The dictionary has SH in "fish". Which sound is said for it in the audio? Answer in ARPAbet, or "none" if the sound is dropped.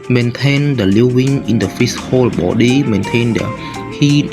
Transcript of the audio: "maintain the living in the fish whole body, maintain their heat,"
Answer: S